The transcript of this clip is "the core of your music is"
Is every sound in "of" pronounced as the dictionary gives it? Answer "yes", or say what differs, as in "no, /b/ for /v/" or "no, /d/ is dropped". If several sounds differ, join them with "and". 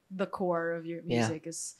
yes